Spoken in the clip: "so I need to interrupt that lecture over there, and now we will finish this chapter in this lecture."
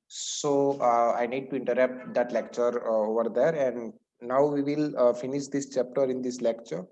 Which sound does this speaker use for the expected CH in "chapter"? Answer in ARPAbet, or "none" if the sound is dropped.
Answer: CH